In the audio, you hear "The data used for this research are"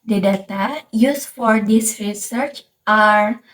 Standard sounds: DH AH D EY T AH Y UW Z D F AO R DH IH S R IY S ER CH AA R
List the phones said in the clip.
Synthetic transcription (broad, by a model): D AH D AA T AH Y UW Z F AO R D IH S R IY S ER CH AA R